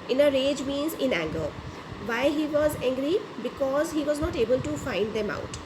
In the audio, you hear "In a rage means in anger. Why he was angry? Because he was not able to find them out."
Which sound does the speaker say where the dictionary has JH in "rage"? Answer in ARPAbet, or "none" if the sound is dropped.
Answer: JH